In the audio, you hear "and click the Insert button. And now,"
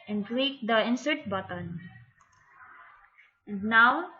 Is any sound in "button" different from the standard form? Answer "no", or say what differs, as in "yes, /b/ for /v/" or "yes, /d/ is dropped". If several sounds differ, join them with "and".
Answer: no